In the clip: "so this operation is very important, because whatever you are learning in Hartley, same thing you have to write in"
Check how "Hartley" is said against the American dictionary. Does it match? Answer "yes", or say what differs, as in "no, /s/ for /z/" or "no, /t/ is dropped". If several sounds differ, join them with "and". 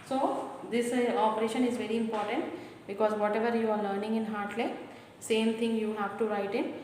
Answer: yes